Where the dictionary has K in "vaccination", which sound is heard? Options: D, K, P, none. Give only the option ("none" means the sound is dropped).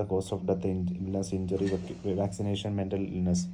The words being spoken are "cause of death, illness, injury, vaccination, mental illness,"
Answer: K